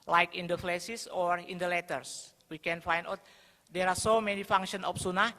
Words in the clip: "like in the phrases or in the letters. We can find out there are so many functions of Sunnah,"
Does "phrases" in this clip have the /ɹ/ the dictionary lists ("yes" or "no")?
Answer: no